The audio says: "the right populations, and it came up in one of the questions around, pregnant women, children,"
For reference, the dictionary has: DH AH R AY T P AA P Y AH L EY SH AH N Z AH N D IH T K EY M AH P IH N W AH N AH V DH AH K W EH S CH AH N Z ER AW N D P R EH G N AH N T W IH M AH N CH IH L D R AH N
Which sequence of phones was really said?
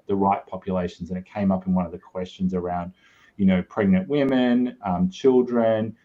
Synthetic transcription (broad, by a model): DH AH R AY T P AA P Y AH L EY SH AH N Z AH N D IH T K EY M AH P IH N W AH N AH V DH AH K W EH S CH AH N Z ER AW N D P R EH G N AH N T W IH M AH N CH IH L D R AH N